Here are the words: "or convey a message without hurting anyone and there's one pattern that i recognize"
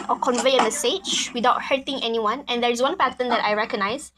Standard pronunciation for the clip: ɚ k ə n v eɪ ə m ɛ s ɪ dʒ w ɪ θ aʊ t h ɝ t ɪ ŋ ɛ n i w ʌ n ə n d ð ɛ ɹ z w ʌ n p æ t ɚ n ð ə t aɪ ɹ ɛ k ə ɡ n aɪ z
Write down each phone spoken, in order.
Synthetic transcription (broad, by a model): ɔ k ə n v eɪ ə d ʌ s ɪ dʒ w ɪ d aʊ t h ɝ t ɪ ŋ ɛ n i w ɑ n ə n d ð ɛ ɹ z w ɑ n p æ t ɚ n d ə t aɪ ɹ ɛ k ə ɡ n aɪ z